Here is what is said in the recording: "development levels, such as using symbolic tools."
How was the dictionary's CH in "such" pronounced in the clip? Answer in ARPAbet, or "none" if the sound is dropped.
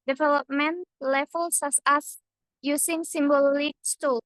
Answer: S